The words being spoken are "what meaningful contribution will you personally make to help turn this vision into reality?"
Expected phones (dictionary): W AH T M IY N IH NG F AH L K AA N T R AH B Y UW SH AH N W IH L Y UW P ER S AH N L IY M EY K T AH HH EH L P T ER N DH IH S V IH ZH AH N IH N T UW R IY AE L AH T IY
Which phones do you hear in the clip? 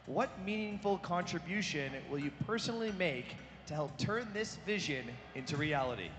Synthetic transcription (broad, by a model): W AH T M IY N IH NG F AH L K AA N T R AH B Y UW SH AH N W IH L Y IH P ER S AH N L IY M EY K T AH HH EH L P T ER N DH IH S V IH ZH AH N IH N T UW R IY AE L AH T IY